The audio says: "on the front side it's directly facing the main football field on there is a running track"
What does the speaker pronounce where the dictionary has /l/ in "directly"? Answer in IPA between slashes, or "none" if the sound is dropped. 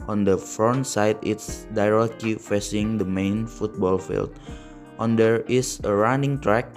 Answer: none